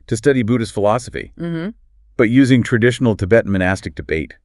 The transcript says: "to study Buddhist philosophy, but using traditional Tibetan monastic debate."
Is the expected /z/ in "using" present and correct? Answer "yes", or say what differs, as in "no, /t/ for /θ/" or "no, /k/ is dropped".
yes